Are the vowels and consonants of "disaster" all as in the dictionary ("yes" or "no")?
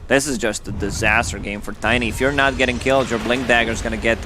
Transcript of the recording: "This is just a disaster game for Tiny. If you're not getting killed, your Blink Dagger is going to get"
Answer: yes